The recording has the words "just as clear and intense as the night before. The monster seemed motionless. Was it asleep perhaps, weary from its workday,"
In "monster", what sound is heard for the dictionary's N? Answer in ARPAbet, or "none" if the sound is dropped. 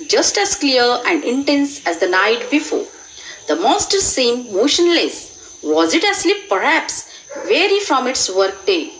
none